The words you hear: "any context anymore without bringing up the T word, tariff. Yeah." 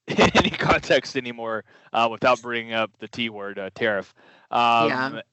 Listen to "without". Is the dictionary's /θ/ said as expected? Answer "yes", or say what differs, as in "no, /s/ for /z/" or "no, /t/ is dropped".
yes